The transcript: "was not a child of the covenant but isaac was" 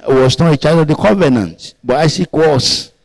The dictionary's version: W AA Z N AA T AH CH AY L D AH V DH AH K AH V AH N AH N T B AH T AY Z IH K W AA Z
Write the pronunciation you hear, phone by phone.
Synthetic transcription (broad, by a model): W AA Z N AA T AH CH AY D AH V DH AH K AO V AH N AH N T B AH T AY S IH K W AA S